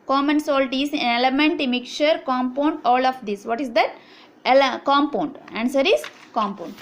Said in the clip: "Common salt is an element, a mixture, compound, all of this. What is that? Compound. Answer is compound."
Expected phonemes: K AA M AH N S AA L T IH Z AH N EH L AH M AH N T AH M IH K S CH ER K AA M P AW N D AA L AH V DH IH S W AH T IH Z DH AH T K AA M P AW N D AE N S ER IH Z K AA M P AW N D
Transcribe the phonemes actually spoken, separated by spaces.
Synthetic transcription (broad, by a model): K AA M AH N S AA L T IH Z AH N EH L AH M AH N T AH M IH K CH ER K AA M P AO N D AA L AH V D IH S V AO T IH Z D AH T K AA M P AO N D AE N S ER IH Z K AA M P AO N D